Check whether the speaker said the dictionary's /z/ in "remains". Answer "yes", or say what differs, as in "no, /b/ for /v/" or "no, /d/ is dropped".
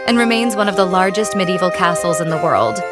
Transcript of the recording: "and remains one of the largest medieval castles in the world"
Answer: yes